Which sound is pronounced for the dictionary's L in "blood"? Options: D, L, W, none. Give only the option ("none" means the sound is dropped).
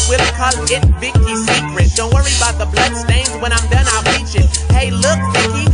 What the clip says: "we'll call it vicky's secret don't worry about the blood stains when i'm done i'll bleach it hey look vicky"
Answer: L